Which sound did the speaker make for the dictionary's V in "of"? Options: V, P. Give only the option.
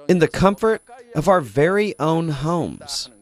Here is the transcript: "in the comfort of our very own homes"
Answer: V